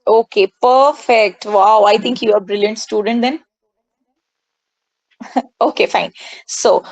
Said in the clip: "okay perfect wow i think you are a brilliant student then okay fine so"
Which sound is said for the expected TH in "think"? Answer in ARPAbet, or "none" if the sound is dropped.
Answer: T